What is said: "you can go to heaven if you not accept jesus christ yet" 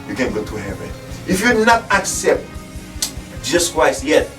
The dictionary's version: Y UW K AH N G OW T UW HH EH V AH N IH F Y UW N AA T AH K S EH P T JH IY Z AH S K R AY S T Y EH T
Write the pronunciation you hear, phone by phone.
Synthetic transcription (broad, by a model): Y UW K AH N G OW T UW HH EH V AH N IH F Y UW N AA T AH K S EH P T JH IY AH S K W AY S Y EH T